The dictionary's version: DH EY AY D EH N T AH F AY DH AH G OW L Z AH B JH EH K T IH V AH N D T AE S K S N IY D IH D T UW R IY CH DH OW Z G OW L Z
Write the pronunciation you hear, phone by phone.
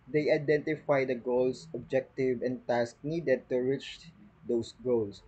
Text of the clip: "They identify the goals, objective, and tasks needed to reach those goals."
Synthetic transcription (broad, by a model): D EY AY D EH N T AH F AY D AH G OW L S AH B JH EH K T IH V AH N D T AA S K N IY D IH D T UW R IY CH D OW S G OW L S